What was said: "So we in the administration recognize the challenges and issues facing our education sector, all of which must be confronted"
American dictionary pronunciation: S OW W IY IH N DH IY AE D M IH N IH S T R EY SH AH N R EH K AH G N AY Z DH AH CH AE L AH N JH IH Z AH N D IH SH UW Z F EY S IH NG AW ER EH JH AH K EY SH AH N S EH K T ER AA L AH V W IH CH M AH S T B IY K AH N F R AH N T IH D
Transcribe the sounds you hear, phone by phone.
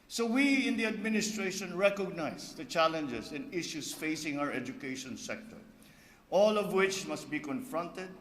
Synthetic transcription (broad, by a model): S OW W IY IH N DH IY AE D M IH N IH S T R EY SH AH N R EH K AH G N AY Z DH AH CH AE L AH N JH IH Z AH N D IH SH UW S F EY S IH NG AW ER EH JH AH K EY SH AH N S EH K T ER AA L AH V W IH CH M AH S T B IY K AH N F R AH N T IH D